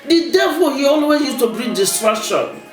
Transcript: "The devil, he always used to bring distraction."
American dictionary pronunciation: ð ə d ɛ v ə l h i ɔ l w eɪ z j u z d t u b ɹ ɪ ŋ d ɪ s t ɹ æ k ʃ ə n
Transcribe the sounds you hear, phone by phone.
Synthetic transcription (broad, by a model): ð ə d ɛ v ə l h i ɔ l w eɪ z j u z t u b ɹ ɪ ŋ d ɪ s t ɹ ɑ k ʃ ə n